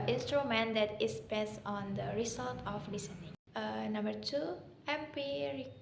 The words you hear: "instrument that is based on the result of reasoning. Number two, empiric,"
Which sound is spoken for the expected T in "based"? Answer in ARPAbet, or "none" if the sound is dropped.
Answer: none